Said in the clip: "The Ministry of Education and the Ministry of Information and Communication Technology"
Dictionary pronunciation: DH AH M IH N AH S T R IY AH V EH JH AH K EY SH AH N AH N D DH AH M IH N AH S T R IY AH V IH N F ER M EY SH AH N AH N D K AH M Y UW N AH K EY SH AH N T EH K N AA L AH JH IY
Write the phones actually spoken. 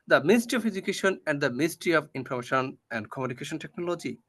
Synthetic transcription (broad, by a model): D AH M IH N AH S T R IY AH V EH JH AH K EY SH AH N AH N D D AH M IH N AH S T R IY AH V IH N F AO M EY SH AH N AH N D K AH M Y UW N AH K EY SH AH N T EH K N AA L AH JH IY